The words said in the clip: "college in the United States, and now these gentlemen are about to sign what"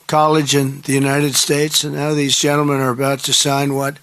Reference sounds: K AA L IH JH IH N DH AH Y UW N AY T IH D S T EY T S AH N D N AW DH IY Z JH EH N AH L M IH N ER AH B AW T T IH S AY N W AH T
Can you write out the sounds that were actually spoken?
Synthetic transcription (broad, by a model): K AA L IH JH IH N DH AH Y UW N AY T IH D S T EY T S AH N N AW DH IY Z JH EH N L M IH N ER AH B AW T T IH S AY N W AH T